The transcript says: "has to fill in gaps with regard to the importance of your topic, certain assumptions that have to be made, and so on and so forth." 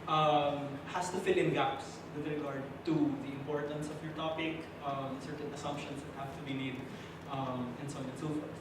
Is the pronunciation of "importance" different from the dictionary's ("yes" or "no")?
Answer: no